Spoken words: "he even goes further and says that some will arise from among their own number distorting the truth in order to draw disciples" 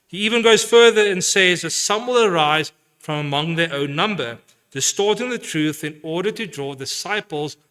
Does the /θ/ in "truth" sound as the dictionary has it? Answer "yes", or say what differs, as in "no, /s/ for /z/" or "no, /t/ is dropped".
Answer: yes